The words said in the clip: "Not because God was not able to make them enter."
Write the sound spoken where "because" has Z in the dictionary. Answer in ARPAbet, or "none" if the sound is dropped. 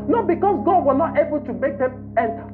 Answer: S